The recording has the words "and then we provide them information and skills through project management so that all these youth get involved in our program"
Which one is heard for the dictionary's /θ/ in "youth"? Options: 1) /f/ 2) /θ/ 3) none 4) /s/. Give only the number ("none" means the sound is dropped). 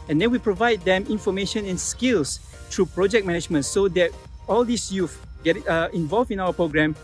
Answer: 1